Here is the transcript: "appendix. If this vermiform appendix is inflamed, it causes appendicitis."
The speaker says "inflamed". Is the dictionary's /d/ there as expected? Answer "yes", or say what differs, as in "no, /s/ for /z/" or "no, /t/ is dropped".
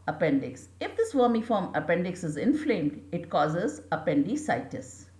yes